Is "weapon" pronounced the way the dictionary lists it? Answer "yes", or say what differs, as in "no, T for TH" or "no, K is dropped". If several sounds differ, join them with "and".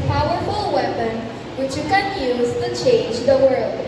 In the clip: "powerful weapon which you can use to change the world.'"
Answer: yes